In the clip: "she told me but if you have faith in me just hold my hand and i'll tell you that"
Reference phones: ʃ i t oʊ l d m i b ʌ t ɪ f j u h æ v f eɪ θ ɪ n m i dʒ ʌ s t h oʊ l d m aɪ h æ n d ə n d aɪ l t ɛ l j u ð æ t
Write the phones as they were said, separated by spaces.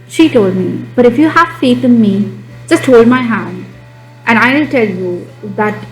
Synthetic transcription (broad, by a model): ʃ i t oʊ l d m i b ʌ t ɪ f j u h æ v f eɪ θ ɪ n m i dʒ ʌ s t h oʊ l d m aɪ h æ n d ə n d aɪ n t ɛ l j u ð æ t